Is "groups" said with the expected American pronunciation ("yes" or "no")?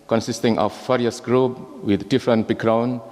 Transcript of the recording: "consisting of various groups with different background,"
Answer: no